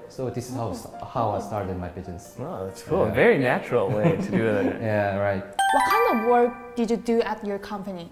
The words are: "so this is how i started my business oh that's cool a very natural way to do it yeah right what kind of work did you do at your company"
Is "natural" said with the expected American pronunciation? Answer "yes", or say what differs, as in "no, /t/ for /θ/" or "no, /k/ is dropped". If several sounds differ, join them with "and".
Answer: yes